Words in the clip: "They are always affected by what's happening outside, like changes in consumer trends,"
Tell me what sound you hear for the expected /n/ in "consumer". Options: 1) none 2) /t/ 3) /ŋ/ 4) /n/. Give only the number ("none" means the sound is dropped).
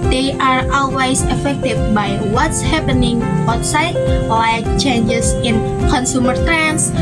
4